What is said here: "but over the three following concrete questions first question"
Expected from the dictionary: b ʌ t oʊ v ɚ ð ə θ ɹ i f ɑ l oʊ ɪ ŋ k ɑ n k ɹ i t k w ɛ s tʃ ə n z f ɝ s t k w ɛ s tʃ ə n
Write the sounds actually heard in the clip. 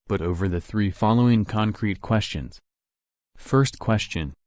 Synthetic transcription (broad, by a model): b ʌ t oʊ v ɚ ð ə θ ɹ i f ɑ l oʊ ɪ ŋ k ɑ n k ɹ i t k w ɛ s tʃ ə n z f ɝ s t k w ɛ s tʃ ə n